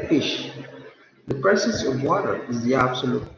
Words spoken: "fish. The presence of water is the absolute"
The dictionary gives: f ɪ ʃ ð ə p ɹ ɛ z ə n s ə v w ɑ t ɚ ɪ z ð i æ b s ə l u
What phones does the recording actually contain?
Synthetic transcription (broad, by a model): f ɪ ʃ ð ə p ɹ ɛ s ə s ə v w ɑ t ɚ ɪ z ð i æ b s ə l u